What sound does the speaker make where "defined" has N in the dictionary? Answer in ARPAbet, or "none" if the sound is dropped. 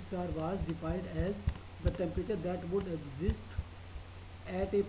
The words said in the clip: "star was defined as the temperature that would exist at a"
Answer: none